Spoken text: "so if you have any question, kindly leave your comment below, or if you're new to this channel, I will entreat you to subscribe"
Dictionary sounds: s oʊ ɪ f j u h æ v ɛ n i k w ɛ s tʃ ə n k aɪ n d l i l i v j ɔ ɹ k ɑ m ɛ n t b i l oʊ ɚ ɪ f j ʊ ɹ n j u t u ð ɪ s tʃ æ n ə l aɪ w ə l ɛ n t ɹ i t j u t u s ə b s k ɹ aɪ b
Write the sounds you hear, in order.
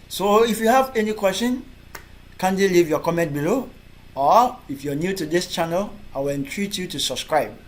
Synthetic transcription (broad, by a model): s oʊ ɪ f j u h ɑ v ɛ n i k w ɛ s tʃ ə n k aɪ n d i l i v j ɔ k ɑ m ɛ n t b i l oʊ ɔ ɪ f j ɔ n j u t u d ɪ s tʃ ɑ n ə l aɪ w ə l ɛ n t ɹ i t j u t u s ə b s k ɹ aɪ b